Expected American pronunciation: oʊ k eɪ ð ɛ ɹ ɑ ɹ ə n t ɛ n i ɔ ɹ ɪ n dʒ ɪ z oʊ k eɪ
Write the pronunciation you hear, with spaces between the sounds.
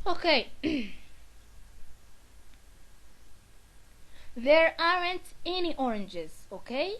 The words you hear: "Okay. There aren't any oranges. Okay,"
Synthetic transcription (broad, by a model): oʊ k eɪ ð ɛ ɹ ɑ ɹ ə n t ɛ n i ɔ ɹ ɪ n dʒ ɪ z oʊ k eɪ